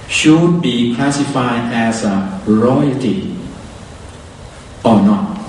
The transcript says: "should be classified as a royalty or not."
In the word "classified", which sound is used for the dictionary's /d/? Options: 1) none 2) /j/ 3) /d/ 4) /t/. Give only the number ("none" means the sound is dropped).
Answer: 1